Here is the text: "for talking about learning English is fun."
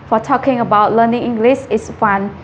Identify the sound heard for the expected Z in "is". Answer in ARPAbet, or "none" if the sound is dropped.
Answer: S